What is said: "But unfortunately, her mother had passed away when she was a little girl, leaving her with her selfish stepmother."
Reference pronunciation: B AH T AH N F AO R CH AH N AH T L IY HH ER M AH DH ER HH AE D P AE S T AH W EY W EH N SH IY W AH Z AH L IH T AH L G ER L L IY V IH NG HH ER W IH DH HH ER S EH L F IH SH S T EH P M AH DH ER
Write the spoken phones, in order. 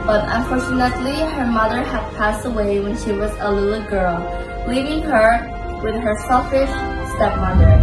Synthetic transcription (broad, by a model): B AH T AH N F AO R CH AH N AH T L IY HH ER M AH DH ER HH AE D P AE S T AH W EY W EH N SH IY W AH Z AH L IH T L G ER L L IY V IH NG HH ER W IH DH HH ER S EH L F IH SH S T EH P M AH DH ER